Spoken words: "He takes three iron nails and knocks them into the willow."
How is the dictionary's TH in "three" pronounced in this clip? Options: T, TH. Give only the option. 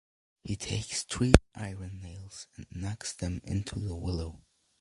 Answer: T